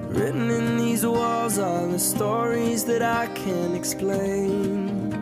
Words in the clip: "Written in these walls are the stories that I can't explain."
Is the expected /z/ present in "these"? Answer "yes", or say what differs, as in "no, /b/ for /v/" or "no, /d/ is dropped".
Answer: yes